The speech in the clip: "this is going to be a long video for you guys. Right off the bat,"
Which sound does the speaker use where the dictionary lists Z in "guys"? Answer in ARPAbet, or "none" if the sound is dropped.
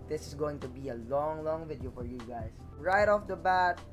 S